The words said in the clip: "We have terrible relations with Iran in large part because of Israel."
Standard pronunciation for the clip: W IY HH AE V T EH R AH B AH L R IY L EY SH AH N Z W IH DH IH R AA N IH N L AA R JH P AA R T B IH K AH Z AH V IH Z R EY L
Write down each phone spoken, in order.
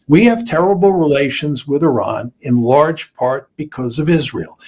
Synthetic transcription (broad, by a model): W IY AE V T EH R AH B L R IY L EY SH AH N Z W IH DH IH R AA N IH N L AA R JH P AA R T B IH K AH Z AH V IH Z R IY L